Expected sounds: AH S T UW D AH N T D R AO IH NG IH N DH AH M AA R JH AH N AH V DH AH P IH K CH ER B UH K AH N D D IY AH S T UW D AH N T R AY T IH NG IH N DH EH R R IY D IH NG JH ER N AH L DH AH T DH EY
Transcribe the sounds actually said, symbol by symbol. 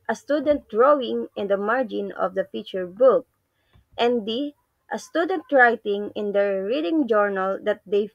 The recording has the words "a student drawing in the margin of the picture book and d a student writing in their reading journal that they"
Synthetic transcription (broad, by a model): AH S T UW D AH N T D R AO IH NG IH N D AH M AA R JH AH N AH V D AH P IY CH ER B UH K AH N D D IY AH S T UW D AH N T R AY T IH NG IH N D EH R R IY D IH NG JH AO N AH L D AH T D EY